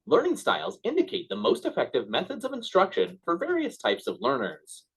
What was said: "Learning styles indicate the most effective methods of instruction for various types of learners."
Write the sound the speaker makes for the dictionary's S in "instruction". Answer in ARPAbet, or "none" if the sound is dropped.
S